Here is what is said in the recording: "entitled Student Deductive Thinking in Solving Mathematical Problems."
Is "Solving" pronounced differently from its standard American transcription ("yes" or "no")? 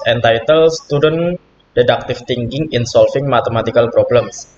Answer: yes